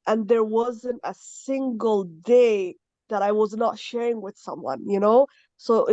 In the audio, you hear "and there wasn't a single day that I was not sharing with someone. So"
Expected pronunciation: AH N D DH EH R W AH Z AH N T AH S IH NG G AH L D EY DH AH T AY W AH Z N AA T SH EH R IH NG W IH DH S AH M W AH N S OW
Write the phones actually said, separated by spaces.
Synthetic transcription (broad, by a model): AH N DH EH R W AH Z AH N T AH S IH NG G AH L D EY DH AH T AY W AH Z N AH T SH EH R IH NG W IH DH S AH M W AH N S OW